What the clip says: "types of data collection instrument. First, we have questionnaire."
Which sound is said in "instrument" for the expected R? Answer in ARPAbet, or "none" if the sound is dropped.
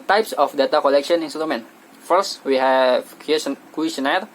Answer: none